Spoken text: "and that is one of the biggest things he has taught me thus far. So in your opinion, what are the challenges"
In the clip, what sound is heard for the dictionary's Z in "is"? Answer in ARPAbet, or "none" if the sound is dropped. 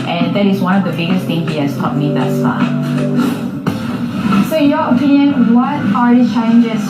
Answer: Z